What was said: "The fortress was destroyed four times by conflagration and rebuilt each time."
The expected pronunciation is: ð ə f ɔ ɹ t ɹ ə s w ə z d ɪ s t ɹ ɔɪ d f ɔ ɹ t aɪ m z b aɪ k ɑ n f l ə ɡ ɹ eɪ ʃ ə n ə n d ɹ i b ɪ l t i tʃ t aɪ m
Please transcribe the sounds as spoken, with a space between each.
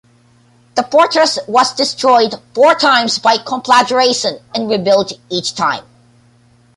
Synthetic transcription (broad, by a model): ð ə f ɔ ɹ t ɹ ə s w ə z d ɪ s t ɹ ɔɪ d f ɔ ɹ t aɪ m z b aɪ k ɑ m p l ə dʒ ɹ eɪ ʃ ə n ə n ɹ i b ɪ l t i tʃ t aɪ m